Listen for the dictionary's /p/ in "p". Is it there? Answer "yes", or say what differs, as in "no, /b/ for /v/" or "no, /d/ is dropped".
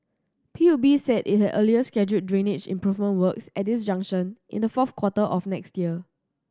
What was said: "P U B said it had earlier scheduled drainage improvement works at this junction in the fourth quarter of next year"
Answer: yes